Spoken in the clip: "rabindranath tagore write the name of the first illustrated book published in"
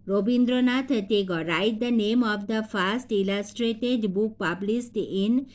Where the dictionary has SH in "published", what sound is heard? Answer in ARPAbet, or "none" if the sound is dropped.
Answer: S